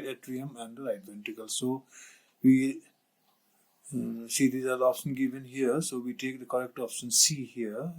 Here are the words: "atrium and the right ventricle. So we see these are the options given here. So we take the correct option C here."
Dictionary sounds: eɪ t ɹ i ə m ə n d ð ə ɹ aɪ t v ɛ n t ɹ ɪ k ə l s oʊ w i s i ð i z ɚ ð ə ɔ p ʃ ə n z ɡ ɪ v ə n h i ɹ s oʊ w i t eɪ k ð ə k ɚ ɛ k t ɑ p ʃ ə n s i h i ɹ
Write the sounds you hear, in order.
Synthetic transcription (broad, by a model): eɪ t ɹ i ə m ə n d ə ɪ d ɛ n t ɪ k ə l s oʊ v i s i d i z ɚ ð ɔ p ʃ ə n ɡ ɪ v ə n h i ɹ s oʊ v i t eɪ k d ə k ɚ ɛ k t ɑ p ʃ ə n s i h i ɹ